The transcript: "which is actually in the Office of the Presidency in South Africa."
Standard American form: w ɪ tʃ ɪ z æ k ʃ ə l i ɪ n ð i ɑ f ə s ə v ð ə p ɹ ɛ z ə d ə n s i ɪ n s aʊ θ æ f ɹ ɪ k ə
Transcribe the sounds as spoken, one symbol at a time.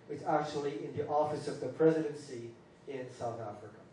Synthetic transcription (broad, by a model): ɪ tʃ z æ k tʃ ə l i ɪ n ð i ɑ f ə s ə v ð ə p ɹ ɛ z ə d ə n s i ɪ n s aʊ θ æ f ɹ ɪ k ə